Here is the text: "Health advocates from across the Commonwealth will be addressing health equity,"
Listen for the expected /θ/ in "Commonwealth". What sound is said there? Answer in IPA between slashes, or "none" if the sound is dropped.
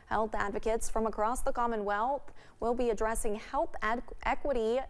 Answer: /θ/